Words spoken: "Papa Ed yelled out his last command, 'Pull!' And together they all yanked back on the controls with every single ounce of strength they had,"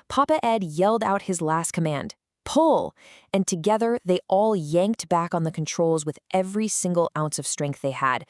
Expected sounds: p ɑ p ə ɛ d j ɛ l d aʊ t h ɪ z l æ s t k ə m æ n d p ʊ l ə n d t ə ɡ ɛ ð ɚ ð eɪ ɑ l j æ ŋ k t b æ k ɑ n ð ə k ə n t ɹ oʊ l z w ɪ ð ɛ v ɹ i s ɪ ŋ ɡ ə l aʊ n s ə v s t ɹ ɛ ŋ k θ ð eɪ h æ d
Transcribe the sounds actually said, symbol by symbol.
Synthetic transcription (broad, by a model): p ɑ p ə ɛ d j ɛ l d aʊ t h ɪ z l æ s t k ə m æ n d p ʊ l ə n t ə ɡ ɛ ð ɚ ð eɪ ɑ l j æ ŋ k t b æ k n ð ə k n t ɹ oʊ l z w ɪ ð ɛ v ɹ i s ɪ ŋ ɡ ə l aʊ n s ə v s t ɹ ɛ ŋ k θ ð eɪ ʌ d